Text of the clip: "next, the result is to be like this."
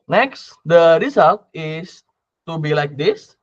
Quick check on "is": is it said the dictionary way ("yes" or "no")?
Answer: no